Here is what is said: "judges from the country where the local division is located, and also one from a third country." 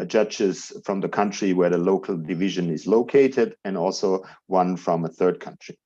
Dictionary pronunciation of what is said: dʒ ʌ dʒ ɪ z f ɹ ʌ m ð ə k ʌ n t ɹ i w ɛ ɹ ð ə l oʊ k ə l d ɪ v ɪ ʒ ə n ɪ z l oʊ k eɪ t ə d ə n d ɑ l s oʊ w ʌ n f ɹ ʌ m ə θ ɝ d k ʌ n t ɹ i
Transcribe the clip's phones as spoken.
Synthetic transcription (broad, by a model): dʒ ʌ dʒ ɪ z f ɹ ʌ m ð ə k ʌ n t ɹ i w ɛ ɹ ð ə l oʊ k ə l d ɪ v ɪ ʒ ə n ɪ z l oʊ k eɪ t ə d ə n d ɑ l s oʊ w ʌ n f ɹ ʌ m ə θ ɝ d k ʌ n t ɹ i